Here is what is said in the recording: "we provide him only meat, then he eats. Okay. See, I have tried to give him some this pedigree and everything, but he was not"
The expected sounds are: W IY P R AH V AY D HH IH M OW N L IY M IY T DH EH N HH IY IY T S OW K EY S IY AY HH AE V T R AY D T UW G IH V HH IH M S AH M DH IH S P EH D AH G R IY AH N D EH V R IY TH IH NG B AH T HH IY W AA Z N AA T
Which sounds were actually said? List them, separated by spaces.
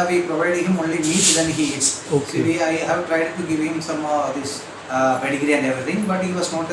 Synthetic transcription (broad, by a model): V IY P R AH V AY D HH IH M OW N L IY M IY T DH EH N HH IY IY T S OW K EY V IY AY HH AE V T R AY D T UW G IH V HH IH M S AH M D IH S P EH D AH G R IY AH N D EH V R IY T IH NG B AH T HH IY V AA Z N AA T